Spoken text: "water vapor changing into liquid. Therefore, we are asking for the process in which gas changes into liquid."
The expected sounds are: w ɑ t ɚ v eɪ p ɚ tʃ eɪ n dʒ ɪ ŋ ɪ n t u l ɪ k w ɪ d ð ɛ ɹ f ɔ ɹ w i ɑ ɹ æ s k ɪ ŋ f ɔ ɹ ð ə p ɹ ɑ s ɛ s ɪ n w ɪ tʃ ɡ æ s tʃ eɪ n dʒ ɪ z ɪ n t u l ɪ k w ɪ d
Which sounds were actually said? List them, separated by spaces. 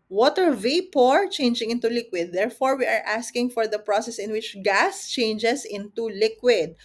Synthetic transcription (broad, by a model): w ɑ t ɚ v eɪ p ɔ tʃ eɪ n dʒ ɪ ŋ ɪ n t u l ɪ k w ɪ d ɛ ɹ f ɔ ɹ w i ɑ ɹ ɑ s k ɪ ŋ f ɔ ɹ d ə p ɹ ɑ s ɛ s ɪ n w ɪ tʃ ɡ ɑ s tʃ eɪ n dʒ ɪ s ɪ n t u l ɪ k w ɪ d